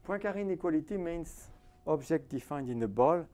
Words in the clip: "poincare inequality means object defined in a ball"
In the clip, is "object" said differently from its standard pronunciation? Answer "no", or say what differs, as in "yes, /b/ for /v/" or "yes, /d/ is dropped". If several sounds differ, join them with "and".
yes, /ʒ/ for /dʒ/